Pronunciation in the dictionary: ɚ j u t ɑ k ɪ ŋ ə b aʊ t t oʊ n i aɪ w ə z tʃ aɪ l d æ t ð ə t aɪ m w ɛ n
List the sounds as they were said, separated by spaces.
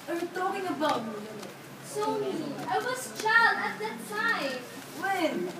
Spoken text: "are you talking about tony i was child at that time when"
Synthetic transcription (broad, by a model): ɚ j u t ɑ k ɪ ŋ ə b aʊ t s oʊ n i aɪ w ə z tʃ aɪ l d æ t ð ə t aɪ m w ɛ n